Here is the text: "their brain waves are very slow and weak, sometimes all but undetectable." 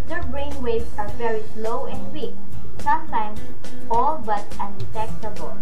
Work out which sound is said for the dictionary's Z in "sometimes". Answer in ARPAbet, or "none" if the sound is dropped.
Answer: S